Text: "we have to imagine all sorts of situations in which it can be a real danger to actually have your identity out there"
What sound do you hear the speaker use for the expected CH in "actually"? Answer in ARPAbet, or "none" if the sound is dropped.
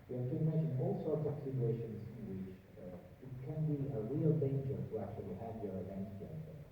CH